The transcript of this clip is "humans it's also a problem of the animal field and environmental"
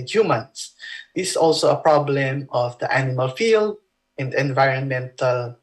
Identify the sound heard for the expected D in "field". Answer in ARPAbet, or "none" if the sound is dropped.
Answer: D